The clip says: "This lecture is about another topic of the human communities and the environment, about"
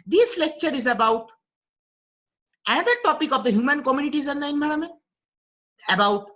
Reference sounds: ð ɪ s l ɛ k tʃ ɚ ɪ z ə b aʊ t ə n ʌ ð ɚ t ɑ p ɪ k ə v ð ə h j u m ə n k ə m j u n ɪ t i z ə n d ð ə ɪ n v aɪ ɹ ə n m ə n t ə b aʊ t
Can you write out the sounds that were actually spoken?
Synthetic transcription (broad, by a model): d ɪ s l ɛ k tʃ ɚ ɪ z ə b aʊ t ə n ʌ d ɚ t ɑ p ɪ k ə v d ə h j u m ə n k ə m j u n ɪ t i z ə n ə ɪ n b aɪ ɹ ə m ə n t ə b aʊ t